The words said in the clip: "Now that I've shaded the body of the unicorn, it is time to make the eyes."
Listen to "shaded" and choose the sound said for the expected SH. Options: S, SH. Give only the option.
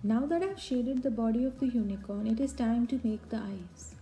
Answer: SH